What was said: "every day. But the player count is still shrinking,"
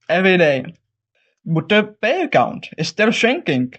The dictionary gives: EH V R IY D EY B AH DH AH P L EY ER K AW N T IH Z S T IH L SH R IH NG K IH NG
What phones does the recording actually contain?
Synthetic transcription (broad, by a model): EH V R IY D EY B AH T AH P EY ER K AW N T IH S T IH L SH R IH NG K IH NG